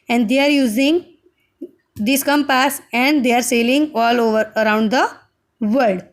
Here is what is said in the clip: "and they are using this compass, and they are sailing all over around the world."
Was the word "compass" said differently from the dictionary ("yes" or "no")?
no